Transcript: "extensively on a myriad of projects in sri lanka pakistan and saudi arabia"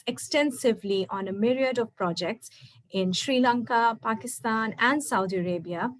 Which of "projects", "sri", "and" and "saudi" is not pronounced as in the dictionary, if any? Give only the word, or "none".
none